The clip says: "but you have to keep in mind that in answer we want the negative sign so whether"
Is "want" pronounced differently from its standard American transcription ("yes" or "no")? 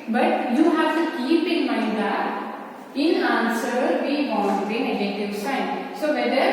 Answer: yes